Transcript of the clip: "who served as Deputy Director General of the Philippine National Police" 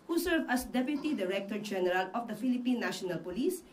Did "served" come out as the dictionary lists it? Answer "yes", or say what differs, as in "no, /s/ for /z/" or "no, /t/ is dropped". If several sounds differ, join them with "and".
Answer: no, /d/ is dropped